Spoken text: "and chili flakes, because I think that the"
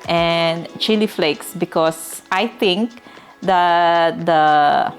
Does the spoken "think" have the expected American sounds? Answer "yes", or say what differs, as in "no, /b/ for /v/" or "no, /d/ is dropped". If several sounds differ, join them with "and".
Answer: no, /t/ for /θ/